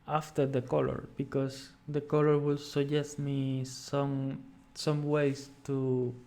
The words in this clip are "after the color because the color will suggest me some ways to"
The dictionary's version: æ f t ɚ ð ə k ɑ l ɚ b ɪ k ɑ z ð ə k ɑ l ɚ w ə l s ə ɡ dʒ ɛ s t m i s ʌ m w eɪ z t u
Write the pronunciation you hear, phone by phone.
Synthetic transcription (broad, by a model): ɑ f t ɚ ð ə k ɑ l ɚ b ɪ k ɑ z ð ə k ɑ l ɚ w ə l s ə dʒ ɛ s t m i s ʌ m w eɪ s t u